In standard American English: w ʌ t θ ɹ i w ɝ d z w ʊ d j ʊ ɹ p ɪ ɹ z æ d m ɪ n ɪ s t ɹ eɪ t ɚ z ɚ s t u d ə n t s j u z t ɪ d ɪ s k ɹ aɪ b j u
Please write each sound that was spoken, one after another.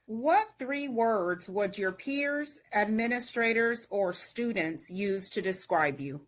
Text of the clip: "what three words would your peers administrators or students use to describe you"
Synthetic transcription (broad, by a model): w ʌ t θ ɹ i w ɝ d z w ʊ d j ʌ ɹ p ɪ ɹ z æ d m ɪ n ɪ s t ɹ eɪ t ɚ z ɚ s t u d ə n t s j u z t ɪ d ɪ s k ɹ aɪ b j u